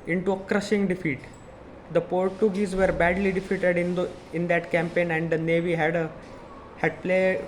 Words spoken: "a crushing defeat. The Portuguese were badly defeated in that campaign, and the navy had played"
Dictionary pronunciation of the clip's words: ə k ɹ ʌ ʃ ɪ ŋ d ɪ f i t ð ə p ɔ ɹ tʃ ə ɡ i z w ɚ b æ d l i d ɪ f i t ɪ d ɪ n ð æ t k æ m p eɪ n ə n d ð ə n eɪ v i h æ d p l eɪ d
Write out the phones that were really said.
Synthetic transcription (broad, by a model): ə k ɹ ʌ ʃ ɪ ŋ d ɪ f i t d ə p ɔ ɹ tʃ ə ɡ i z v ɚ b æ d l i d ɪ f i t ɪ d ɪ n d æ t k æ m p eɪ n ə n d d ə n eɪ v i h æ d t l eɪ